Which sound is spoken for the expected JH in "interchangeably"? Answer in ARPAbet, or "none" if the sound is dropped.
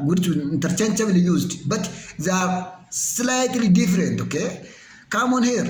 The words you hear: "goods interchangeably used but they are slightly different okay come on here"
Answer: CH